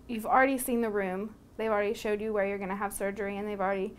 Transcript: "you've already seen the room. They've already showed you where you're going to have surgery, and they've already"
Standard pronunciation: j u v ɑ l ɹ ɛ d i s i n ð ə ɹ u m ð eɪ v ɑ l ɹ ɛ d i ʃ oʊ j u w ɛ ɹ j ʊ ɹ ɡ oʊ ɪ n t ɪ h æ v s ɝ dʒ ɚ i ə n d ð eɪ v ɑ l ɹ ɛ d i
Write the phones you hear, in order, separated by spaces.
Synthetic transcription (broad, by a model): j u v l ɹ ɛ d i s i n ð ə ɹ u m ð eɪ v l ɹ ɛ d i ʃ oʊ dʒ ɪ w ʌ ɹ j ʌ ɹ ɡ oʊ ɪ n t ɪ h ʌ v s ɝ dʒ ɚ i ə n ð eɪ v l ɹ ɛ d i